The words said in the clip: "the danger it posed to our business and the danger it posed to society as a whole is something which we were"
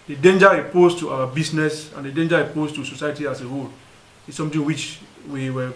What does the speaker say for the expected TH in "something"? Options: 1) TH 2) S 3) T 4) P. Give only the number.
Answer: 3